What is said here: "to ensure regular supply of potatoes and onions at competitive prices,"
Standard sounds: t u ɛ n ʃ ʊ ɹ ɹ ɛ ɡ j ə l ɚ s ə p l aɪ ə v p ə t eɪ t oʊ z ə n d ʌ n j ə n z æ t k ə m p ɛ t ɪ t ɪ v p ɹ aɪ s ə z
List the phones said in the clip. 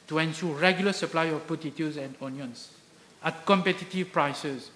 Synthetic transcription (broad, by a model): t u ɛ n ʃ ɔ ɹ ɹ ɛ ɡ j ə l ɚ s ə p l aɪ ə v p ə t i t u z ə n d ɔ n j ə n s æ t k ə m p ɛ t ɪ t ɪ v p ɹ aɪ s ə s